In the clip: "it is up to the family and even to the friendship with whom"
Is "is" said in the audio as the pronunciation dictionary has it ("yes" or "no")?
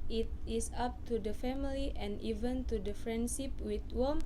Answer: no